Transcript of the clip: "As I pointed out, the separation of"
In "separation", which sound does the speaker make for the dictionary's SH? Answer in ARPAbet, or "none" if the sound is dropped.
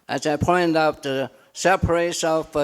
none